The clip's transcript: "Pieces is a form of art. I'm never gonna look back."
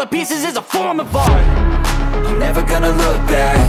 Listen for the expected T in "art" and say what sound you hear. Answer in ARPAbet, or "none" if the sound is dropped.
none